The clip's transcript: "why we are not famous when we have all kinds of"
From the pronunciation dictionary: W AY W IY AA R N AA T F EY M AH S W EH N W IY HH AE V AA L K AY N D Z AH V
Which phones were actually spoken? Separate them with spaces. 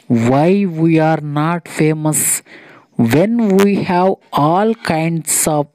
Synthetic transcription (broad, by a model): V AY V IY AA R N AA T F EY M AH S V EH N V IY HH AE V AA L K AY N D S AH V